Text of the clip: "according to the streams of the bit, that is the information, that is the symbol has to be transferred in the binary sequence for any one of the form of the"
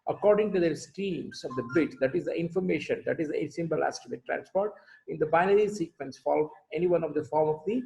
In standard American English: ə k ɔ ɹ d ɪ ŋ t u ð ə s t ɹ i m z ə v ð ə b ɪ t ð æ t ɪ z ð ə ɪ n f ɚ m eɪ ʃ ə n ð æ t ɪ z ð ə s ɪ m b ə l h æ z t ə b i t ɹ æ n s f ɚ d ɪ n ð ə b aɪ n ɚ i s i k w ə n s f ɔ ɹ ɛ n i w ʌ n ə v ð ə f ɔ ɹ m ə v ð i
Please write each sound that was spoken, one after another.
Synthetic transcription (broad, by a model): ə k ɔ ɹ d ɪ ŋ t u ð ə s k ɹ i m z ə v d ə b ɪ t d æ t ɪ z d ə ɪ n f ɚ m eɪ ʃ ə n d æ t ɪ z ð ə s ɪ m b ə l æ s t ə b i t ɹ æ n s p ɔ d ɪ n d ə b aɪ n ɚ i s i k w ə n s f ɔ l ɛ n i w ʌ n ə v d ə f ɔ ɹ m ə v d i